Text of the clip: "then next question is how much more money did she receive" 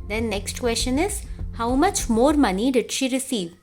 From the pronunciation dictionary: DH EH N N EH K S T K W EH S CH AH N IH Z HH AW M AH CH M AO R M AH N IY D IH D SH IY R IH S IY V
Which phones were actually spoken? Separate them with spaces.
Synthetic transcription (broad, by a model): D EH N N EH K S T K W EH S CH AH N IH Z HH AW M AH CH M AO R M AH N IY D IH D SH IY R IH S IY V